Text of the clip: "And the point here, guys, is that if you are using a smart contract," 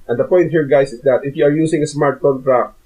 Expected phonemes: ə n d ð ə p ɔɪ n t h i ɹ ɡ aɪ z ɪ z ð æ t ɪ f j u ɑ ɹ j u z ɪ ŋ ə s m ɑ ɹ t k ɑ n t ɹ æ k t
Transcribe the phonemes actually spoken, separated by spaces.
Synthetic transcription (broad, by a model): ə n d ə p ɔɪ n t h i ɹ ɡ aɪ s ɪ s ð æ t ɪ f j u ɑ ɹ j u s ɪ ŋ ə s m ɑ ɹ t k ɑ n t ɹ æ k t